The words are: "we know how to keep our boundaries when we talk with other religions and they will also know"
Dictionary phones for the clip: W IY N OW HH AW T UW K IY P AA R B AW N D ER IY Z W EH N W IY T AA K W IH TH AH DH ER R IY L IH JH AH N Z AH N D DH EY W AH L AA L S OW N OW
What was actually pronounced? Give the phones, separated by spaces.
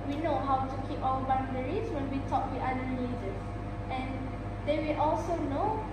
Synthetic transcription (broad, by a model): W IY N OW HH AW T UW K IY P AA L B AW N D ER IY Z W EH N W IY T AA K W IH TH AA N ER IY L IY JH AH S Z AH N D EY W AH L AA L S OW N OW